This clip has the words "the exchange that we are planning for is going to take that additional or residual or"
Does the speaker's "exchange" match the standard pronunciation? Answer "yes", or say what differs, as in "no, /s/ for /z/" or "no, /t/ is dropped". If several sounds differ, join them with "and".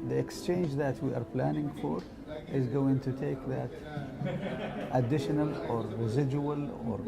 yes